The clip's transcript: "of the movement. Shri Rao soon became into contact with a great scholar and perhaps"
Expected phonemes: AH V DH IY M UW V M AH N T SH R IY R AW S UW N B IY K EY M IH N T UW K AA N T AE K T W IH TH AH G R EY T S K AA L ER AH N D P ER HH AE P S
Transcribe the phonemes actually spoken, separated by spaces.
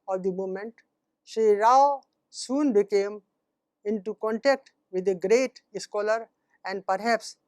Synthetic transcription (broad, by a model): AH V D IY M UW M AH N T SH IY R AW S UW N B IY K EY M IH N T UW K AA N T AE K T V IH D AH G R EY T S K AA L ER AH N D P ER HH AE P S